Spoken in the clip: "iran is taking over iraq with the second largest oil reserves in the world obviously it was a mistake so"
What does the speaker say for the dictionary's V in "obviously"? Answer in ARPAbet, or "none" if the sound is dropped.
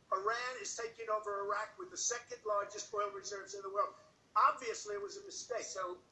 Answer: V